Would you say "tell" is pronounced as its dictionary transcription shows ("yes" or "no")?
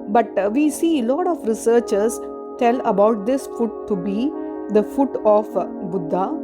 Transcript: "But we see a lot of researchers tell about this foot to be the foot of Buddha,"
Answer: yes